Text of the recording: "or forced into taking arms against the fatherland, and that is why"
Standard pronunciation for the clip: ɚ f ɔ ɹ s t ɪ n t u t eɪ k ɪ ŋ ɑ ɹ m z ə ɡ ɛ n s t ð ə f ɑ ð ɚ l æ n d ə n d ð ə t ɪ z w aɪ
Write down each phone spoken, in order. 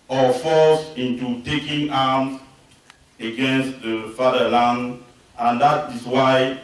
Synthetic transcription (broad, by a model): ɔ f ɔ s ɪ n t u t eɪ k ɪ ŋ ɑ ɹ m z ə ɡ ɛ n s t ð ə f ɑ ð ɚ l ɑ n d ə n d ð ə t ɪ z w aɪ